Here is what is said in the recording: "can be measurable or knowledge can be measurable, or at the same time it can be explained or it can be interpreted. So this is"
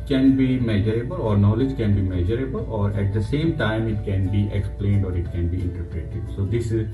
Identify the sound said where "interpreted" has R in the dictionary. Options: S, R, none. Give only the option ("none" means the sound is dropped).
R